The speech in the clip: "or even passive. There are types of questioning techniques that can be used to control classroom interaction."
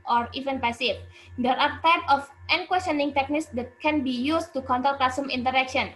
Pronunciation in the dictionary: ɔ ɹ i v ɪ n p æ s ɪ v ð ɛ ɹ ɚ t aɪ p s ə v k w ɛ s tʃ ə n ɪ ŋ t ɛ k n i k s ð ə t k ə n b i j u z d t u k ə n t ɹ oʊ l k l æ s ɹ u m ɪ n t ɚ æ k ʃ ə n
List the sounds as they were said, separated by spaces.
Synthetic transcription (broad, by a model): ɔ ɹ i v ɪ n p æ s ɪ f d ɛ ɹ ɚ t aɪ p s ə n k w ɛ s tʃ ə n ɪ ŋ t ɛ k n i k s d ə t k ə n b i j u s t u k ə n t oʊ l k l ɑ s u m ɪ n t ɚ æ k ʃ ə n